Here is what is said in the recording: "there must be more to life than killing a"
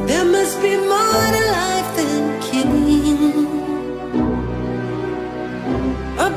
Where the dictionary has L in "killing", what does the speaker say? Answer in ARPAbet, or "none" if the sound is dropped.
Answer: N